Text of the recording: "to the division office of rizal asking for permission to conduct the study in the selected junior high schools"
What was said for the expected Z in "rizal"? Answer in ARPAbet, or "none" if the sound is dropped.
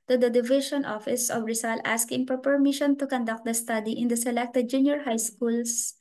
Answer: S